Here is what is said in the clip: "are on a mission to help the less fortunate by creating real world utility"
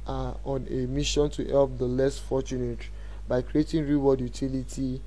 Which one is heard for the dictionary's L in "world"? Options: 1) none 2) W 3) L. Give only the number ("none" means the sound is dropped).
1